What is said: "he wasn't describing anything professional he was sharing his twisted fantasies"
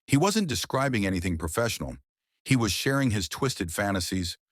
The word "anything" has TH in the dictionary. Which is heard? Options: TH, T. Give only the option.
TH